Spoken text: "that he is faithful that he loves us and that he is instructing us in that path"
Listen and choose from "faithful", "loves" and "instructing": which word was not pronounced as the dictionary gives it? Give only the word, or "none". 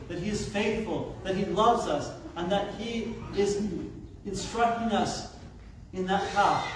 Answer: none